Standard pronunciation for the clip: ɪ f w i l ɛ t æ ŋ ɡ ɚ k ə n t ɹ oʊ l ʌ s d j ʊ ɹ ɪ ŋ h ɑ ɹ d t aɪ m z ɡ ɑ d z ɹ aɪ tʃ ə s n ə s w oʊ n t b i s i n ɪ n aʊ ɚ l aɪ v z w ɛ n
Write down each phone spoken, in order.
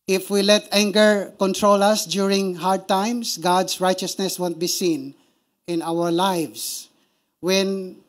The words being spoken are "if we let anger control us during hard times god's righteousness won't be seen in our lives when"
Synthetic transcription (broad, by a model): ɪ f w i l ɛ t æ ŋ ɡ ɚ k ə n t ɹ oʊ l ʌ s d j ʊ ɹ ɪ ŋ h ɑ ɹ d t aɪ m s ɡ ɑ d s ɹ aɪ tʃ ə s n ə s w oʊ n t b i s i n ɪ n aʊ ɚ l aɪ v s w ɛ n